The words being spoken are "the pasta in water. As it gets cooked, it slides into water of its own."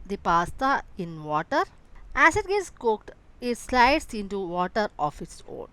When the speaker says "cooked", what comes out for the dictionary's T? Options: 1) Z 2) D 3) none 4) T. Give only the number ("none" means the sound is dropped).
4